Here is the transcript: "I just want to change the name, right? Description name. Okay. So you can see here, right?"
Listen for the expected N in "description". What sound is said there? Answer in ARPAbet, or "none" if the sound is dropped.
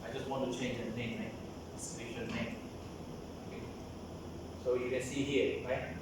L